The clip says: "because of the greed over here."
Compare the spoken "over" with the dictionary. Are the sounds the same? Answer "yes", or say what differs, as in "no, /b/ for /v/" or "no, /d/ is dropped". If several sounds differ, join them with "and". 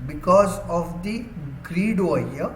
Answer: no, /v/ is dropped